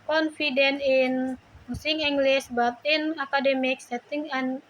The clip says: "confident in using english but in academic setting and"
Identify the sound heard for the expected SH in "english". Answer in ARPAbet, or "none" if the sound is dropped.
S